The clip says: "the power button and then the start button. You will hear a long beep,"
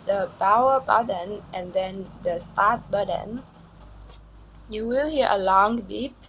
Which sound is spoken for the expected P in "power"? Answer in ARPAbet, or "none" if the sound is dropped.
B